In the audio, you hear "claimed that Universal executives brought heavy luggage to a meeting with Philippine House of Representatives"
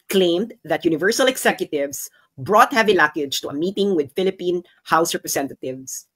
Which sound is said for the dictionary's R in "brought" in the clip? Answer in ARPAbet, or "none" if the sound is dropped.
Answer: R